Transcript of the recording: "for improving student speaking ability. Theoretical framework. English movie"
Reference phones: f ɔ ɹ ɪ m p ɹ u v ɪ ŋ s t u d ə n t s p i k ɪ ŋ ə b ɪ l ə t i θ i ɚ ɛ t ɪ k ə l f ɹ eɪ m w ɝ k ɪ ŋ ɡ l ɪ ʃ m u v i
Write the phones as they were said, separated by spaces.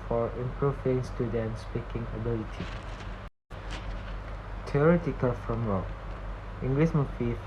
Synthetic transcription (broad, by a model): f ɔ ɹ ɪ m p ɹ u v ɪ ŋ s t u d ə n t s p i k ɪ ŋ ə b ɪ l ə t i t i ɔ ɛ t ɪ k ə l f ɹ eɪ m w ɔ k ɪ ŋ ɡ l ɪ s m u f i